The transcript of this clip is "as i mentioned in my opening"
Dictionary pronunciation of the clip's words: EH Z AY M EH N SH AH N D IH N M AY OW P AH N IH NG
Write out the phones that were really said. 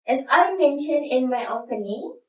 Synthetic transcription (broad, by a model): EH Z AY M EH N SH AH N D IH N M AY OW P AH N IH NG